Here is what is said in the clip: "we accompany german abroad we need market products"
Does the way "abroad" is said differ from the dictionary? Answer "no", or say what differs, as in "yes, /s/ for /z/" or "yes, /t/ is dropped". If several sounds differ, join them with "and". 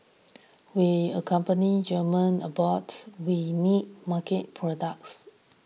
yes, /ɹ/ is dropped